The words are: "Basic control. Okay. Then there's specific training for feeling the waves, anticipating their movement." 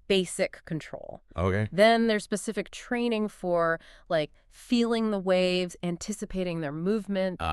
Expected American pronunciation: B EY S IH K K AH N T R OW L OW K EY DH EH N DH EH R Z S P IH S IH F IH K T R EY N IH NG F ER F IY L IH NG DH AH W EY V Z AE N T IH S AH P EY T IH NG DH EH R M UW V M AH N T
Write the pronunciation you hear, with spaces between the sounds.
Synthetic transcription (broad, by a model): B EY S IH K K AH N T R OW L OW K EY DH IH N DH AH R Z S P IH S IH F IH K T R EY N IH NG F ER F IY L IH NG DH AH W EY V Z AE N T IH S AH P EY T IH NG DH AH R M UW V M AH N T